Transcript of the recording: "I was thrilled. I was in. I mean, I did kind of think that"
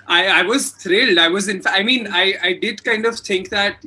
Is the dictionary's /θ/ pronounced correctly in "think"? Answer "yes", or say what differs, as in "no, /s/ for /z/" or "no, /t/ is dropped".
no, /t/ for /θ/